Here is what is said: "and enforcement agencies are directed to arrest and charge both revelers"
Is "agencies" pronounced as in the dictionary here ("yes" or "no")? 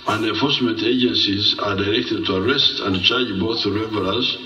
yes